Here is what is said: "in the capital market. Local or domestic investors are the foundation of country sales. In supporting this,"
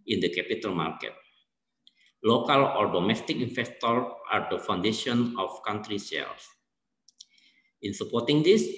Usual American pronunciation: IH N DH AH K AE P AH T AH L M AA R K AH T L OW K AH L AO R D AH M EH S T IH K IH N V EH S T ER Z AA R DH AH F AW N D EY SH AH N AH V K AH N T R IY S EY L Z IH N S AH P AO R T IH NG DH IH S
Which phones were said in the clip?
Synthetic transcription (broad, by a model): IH N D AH K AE P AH T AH L M AA R K AH T L OW K AH L AO R D AH M EH S T IH K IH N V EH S T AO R AA R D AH F AW N D EY SH AH N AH F K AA N T R IY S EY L S IH N S AH P AO R T IH NG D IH S